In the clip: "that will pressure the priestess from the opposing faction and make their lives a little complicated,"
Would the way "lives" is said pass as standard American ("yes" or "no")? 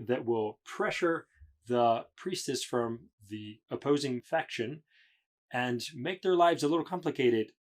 yes